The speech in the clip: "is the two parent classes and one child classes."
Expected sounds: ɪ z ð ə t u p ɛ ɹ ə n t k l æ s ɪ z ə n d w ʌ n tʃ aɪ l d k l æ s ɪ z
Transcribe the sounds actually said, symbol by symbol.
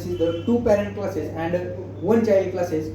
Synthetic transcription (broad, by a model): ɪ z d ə t u p ɛ ɹ ə n t k l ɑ s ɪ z ə n d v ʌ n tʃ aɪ d k l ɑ s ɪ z